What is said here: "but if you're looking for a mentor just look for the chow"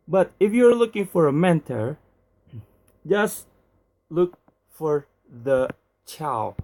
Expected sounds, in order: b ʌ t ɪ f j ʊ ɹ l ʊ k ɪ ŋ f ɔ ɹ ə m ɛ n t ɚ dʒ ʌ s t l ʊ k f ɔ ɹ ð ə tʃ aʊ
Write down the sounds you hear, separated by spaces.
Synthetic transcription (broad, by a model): b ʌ t ɪ f j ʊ ɹ l ʊ k ɪ ŋ f ɔ ɹ ə m ɛ n t ɚ dʒ ʌ s t l ʊ k f ɔ ɹ ð ə tʃ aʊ